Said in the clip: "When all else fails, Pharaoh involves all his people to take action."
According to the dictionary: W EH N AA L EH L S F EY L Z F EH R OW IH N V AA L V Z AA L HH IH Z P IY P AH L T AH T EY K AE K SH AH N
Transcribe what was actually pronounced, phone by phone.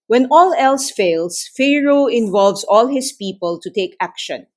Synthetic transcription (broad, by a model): W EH N AA L EH L S F EY L S F EH R OW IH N V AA L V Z AA L HH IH S P IY P AH L T AH T EY K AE K SH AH N